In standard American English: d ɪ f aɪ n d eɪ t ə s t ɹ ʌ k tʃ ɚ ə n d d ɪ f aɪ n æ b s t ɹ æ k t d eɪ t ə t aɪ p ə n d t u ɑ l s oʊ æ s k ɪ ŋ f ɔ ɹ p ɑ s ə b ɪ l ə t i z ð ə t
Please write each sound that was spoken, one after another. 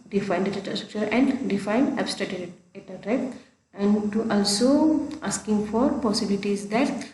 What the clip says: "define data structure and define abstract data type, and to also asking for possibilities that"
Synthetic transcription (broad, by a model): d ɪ f aɪ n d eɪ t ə s t ɹ ʌ k tʃ ɚ ə n d d ɪ f aɪ n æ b s t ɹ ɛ t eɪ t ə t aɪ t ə n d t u ɑ l s oʊ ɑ s k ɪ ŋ f ɔ ɹ p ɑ s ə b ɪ l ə t i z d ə t